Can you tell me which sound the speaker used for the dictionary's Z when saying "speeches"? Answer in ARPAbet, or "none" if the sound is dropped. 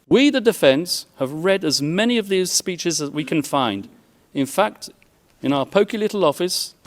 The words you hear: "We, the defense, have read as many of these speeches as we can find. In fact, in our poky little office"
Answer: Z